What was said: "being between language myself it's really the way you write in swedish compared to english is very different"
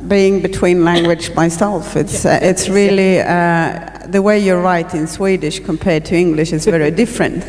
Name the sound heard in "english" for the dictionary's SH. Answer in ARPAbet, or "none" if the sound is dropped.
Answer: SH